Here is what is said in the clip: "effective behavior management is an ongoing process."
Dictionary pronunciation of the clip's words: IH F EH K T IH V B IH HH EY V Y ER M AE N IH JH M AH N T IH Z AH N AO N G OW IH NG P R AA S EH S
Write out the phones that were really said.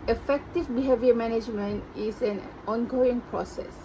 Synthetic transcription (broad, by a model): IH F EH K T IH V B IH HH EY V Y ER M AE N IH JH M AH N T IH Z AH N AO N G OW IH NG P R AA S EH S